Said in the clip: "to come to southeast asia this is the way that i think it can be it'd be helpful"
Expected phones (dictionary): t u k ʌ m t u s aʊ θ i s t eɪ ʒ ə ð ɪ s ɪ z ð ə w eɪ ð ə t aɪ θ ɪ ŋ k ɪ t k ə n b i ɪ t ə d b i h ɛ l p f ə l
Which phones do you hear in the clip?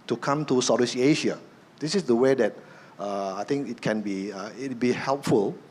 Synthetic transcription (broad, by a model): t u k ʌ m t u s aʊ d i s eɪ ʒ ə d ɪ s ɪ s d ə w eɪ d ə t aɪ t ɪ ŋ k ɪ t k ə n b i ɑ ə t b i h ɛ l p f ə l